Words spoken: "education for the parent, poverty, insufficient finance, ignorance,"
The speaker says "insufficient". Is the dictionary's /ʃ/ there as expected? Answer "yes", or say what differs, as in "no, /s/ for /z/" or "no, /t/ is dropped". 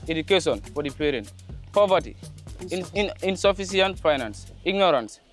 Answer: no, /s/ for /ʃ/